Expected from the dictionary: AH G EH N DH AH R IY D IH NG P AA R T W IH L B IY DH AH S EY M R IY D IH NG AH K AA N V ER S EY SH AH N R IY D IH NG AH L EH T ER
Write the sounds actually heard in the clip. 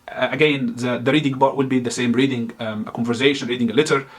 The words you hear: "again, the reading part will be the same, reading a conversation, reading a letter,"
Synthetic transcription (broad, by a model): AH G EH N DH AH R IY D IH NG B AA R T W IH L B IY DH AH S EY M R IY D IH NG AH K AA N V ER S EY SH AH N R IY D IH NG AH L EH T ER